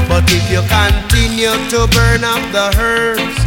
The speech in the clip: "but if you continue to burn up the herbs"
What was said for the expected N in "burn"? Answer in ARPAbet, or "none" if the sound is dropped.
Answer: N